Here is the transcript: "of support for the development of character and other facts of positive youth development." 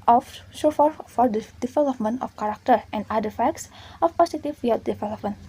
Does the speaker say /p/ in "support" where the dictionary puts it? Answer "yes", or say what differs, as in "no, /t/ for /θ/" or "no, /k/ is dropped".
no, /f/ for /p/